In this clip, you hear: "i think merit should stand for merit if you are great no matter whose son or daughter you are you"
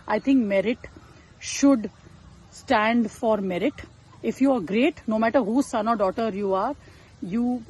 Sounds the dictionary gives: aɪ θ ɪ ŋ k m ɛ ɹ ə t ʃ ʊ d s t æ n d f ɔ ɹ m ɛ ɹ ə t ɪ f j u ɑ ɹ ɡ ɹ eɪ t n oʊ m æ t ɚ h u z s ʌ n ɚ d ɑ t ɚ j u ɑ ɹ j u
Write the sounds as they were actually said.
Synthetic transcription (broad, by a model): aɪ t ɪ ŋ k m ɛ ɹ ə t ʃ ʊ d s t æ n d f ɔ ɹ m ɛ ɹ ə t ɪ f j u ɑ ɹ ɡ ɹ eɪ t n oʊ m æ t ɚ h u s ʌ n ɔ d ɑ t ɚ j u ɑ ɹ j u